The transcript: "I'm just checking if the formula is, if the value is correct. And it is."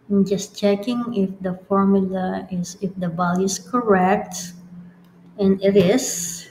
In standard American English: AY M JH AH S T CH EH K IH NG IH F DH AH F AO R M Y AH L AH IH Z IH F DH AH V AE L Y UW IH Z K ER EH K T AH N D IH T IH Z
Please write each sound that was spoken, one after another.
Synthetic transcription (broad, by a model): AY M JH AH S T CH EH K IH NG IH F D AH F AO R M Y AH L AH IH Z IH F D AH B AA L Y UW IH S K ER EH K T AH N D IH T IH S